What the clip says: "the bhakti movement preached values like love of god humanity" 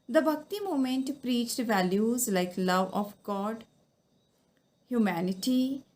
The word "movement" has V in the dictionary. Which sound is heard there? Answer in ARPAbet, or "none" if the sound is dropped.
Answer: none